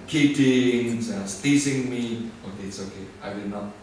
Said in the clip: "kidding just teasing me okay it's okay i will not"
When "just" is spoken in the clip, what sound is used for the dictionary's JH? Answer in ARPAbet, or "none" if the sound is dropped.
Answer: Z